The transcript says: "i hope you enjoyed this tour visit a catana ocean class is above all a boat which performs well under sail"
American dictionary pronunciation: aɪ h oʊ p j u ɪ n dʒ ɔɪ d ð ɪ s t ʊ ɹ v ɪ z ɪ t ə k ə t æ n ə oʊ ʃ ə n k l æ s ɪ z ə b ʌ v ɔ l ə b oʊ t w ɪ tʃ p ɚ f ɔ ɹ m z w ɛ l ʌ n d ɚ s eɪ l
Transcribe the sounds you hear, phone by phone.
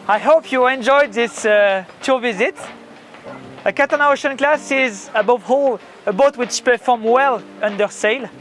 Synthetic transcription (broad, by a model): aɪ h oʊ p j u ɪ n dʒ ɔɪ d ð ɪ s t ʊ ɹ v ɪ z ɪ t ə k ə t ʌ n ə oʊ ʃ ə n k l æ s ɪ z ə b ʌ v ɔ l ə b oʊ t w ɪ tʃ p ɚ f ɔ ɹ m w ɛ l ʌ n d ɚ s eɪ l